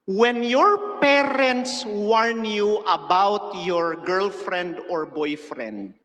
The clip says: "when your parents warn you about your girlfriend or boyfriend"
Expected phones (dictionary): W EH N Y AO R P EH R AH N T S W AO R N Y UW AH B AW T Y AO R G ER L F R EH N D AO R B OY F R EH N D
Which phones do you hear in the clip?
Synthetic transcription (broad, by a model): W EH N Y AO R P EH R AH N T S W AO R N Y UW AH B AW T Y AO R G ER L F R EH N D AO R B OY F R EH N D